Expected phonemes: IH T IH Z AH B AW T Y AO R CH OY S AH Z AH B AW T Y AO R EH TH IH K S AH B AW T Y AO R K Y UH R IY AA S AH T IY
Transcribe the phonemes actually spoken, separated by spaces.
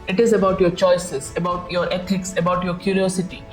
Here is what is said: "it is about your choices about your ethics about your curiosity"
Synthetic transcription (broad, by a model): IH T IH Z AH B AW T Y AO R CH OY S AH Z AH B AW T Y AO R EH T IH K S AH B AW T Y AO R K Y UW R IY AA S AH T IY